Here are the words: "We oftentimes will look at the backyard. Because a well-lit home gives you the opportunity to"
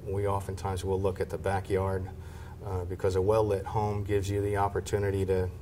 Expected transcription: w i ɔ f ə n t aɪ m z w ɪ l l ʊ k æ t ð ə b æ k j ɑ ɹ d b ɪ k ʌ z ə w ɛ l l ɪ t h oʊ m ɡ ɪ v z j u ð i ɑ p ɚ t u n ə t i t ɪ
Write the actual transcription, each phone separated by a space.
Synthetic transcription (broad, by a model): w i ɔ f ə n t aɪ m z w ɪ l l ʊ k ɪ t ð ə b æ k j ɑ ɹ d b ɪ k ʌ z ə w ɛ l l ɪ t h oʊ m ɡ ɪ v z j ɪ ð i ɑ p ɚ t u n ə t i t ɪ